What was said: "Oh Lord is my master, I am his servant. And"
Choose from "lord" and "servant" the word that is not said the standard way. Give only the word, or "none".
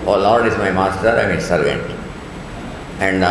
none